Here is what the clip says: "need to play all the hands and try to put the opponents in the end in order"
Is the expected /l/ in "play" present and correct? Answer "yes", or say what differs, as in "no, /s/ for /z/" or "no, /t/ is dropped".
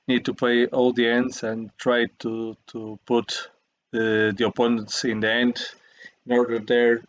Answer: no, /l/ is dropped